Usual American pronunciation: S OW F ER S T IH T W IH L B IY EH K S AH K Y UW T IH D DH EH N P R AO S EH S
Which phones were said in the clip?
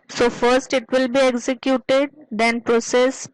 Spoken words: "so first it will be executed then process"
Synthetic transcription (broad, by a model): S OW F ER S T IH T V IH L B IY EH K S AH K Y UW T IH D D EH N P R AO S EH S